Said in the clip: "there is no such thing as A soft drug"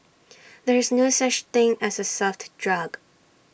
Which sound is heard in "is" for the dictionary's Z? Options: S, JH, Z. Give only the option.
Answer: Z